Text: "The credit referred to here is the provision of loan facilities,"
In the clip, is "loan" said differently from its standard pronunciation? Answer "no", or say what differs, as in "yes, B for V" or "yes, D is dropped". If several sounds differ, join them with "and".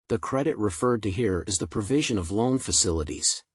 no